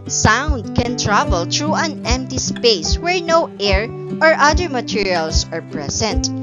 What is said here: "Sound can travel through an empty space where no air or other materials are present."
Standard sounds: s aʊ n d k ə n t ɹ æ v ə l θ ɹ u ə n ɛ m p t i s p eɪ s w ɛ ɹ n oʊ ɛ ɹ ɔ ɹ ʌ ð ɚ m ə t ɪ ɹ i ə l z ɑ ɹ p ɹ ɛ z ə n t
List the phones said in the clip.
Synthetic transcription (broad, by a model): s aʊ n d k ə n t ɹ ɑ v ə l t ɹ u ə n ɛ m p t i s p eɪ s w ɛ ɹ n oʊ ɛ ɹ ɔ ɹ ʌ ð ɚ m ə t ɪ ɹ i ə l s ɑ ɹ p ɹ ɛ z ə n t